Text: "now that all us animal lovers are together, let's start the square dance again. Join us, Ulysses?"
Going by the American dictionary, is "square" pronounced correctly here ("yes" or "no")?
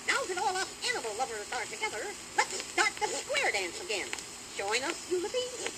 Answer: yes